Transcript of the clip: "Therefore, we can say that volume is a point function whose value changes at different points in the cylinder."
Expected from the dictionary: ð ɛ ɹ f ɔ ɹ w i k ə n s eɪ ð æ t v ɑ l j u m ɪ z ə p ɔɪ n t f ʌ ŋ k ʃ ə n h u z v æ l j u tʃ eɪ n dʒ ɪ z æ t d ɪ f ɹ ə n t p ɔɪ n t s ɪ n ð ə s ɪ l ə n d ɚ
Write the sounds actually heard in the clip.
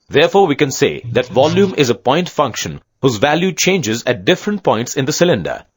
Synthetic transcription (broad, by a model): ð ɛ ɹ f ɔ ɹ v i k ə n s eɪ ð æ t v ɑ l j u m ɪ z ə p ɔɪ n t f ʌ ŋ k ʃ ə n h u z v æ l j u tʃ eɪ n dʒ ɪ z æ t d ɪ f ɹ ə n t p ɔɪ n t s ɪ n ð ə s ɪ l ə n d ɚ